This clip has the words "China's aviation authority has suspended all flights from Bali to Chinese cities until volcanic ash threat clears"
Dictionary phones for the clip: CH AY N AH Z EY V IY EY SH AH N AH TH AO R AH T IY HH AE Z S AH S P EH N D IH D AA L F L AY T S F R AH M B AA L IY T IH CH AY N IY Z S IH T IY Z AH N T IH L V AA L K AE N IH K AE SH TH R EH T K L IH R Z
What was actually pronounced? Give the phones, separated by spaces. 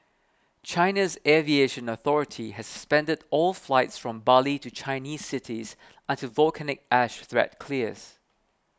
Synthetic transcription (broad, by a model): CH AY N AH Z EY V IY EY SH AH N AH TH AO R AH T IY HH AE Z S AH S P EH N D IH D AA L F L AY T S F R AH M B AA L IY T IH CH AY N IY Z S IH T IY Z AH N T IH V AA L K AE N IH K AE SH TH R EH T K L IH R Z